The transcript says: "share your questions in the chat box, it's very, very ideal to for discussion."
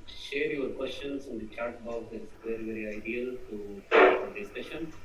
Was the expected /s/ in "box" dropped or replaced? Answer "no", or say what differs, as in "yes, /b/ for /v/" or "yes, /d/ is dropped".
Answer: yes, /s/ is dropped